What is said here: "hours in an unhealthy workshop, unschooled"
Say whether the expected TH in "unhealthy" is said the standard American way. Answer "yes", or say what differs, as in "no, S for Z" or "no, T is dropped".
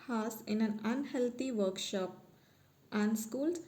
no, T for TH